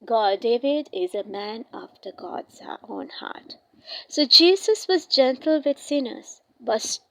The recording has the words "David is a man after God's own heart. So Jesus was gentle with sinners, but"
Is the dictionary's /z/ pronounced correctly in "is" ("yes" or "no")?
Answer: yes